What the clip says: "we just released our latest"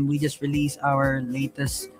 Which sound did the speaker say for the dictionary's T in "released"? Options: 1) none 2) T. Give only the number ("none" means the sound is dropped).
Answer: 1